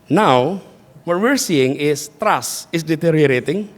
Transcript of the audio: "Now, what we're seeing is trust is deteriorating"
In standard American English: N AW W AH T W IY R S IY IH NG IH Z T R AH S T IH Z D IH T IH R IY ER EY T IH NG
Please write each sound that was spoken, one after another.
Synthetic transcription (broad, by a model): N AW W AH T W IY R S IY IH NG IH S T R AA S IH S D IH T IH R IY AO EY T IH NG